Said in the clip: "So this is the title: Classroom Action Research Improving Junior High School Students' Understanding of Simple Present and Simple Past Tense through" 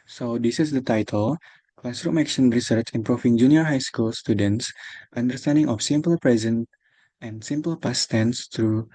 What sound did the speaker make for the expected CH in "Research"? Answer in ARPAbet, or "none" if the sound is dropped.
CH